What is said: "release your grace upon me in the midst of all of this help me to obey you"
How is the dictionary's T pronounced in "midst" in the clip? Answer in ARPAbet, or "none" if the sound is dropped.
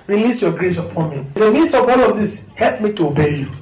none